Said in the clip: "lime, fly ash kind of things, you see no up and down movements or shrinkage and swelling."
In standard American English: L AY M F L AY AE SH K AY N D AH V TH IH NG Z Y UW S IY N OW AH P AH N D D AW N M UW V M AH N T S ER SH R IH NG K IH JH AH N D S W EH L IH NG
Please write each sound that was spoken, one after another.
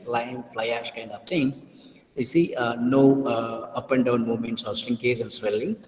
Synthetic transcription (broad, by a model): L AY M F L AY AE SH K AY N D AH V T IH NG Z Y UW S IY N OW AH P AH N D D AW N M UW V M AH N T S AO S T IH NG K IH Z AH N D S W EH L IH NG